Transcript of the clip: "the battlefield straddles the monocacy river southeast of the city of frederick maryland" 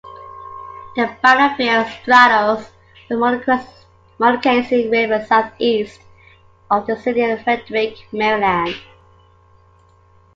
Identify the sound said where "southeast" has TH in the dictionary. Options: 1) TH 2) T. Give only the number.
1